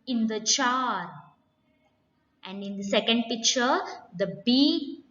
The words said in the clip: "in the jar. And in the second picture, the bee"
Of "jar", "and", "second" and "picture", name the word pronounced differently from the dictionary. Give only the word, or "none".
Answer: jar